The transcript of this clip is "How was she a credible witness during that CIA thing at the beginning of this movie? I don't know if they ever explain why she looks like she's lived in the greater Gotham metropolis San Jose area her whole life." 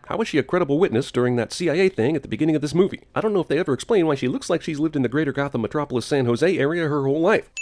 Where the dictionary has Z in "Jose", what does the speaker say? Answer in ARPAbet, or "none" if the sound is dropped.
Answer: Z